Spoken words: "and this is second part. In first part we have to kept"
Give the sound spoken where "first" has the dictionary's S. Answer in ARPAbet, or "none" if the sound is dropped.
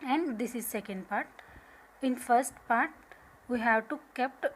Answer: S